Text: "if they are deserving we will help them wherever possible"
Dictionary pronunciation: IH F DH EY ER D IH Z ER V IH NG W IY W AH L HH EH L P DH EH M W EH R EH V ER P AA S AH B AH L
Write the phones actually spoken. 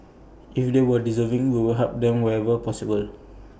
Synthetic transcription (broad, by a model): IH F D EY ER D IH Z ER V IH NG W IY W AH L HH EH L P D EH M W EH EH V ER P AA S AH B AH L